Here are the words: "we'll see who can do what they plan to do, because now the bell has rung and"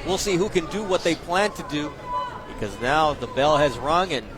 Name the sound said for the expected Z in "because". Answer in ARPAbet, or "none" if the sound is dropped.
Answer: Z